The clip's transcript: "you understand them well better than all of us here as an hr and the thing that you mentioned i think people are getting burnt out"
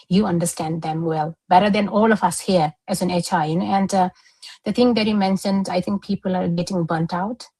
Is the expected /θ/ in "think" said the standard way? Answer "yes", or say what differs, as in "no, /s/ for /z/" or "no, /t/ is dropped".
no, /t/ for /θ/